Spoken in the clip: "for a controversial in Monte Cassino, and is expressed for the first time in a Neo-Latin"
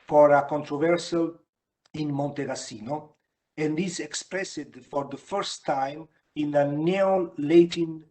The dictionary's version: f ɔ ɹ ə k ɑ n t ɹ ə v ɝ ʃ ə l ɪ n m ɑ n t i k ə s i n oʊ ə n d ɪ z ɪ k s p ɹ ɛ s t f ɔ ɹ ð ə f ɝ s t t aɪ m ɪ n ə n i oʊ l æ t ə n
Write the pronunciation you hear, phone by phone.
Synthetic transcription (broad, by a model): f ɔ ɹ ə k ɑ n t ɹ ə v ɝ s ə l ɪ n m ɑ n t i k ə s i n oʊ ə n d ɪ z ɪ k s p ɹ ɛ s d f ɔ ɹ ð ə f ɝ s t t aɪ m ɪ n ə n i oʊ l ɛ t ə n